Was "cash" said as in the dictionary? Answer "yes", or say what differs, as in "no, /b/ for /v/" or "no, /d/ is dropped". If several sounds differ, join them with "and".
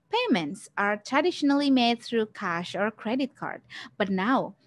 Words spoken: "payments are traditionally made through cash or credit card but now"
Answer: yes